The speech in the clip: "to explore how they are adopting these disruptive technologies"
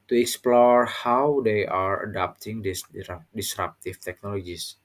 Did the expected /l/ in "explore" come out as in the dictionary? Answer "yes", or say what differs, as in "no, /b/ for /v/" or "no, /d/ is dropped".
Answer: yes